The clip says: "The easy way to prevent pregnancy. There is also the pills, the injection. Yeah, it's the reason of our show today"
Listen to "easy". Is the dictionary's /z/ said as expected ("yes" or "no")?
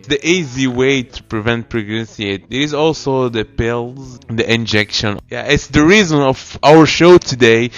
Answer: yes